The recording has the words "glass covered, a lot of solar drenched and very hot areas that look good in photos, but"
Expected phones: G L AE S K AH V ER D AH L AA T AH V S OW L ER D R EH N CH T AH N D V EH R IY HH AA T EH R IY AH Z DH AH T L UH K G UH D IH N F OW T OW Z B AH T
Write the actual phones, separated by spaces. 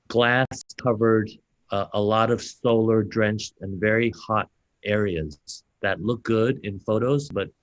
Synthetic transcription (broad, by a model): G L AE S K AH V ER D AH L AA T AH V S OW L ER D R EH N CH T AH N V EH R IY HH AA T EH R IY AH Z DH AH T L UH K G UH D IH N F OW T OW Z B AH T